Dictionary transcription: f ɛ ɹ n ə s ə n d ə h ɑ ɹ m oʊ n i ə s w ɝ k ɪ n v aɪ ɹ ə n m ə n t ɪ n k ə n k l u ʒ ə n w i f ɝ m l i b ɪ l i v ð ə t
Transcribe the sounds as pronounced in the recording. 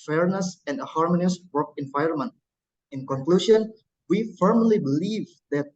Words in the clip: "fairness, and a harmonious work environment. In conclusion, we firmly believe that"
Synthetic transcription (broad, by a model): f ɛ ɹ n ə s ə n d ə h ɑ ɹ m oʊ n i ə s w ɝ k ɪ n v aɪ ɹ ə n m ə n t ɪ n k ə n k l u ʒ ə n w i f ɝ m l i b ɪ l i v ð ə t